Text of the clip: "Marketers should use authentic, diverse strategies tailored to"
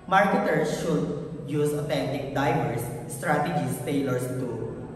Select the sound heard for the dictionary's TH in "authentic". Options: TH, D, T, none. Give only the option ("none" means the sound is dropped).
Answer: T